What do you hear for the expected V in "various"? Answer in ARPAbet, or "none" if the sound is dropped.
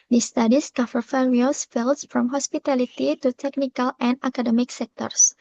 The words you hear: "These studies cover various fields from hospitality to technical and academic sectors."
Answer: F